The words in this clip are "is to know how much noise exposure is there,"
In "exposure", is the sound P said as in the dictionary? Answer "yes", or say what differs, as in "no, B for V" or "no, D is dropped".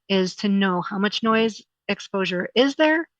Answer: yes